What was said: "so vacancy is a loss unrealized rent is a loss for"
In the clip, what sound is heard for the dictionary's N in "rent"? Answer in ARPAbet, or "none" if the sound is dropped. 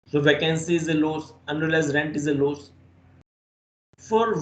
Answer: N